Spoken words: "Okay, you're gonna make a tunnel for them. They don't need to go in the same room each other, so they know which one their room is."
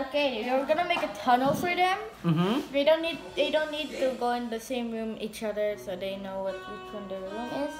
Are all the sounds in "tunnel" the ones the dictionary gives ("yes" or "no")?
yes